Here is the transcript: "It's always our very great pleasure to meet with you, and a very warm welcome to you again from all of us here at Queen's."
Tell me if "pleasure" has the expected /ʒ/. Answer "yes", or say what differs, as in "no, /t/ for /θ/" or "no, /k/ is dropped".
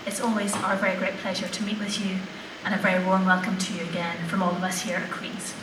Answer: yes